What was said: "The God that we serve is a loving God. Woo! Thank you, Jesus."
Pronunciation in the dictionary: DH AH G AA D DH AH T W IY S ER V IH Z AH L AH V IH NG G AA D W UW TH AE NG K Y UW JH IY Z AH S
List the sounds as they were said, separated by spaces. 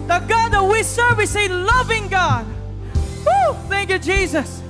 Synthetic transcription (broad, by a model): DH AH G AA D DH AH T W IY S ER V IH S AH L AH V IH NG G AA D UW TH AE NG K Y UW JH IY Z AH S